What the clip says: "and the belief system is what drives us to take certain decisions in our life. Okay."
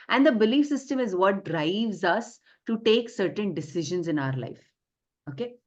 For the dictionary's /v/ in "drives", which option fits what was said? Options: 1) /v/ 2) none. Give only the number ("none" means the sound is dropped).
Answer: 1